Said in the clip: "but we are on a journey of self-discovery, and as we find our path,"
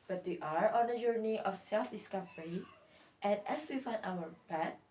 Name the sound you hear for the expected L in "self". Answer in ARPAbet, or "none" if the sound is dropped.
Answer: L